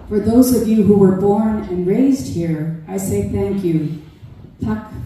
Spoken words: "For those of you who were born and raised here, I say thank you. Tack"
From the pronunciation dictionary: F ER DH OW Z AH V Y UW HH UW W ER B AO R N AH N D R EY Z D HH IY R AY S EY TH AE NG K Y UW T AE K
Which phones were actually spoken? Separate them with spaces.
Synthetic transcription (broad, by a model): F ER DH OW Z AH V Y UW HH UW W ER B AO R N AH N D R EY Z D HH IY R AY S EY TH AE NG K Y UW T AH K